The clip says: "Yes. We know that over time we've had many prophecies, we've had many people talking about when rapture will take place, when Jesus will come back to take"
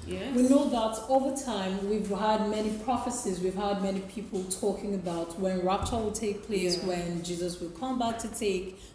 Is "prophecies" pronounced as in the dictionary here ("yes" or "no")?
yes